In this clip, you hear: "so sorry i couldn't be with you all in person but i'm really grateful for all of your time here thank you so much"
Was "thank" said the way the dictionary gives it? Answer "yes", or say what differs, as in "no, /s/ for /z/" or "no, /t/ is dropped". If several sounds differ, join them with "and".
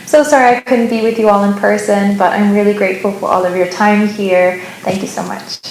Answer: yes